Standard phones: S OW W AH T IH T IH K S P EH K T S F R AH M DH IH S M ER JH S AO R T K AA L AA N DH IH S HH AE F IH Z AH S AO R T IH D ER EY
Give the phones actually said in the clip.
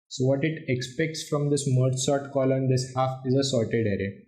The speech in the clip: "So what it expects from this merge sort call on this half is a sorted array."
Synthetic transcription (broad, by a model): S OW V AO T IH T IH K S P EH K T S F R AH M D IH S M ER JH S AO R T K AA L AA N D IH S HH AE F IH Z AH S AO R T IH D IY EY